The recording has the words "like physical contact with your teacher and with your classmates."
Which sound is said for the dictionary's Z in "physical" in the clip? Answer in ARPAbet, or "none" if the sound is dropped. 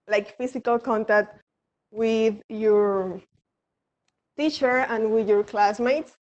S